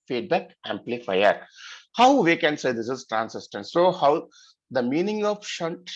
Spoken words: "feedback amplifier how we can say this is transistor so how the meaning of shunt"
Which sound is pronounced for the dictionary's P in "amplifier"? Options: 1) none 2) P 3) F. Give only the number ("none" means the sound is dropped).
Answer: 2